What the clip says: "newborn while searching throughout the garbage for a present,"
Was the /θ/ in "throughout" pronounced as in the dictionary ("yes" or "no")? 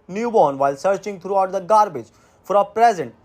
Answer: no